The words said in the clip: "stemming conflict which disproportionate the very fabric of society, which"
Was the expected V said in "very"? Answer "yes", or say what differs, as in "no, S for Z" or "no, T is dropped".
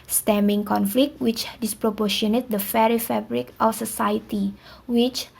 no, F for V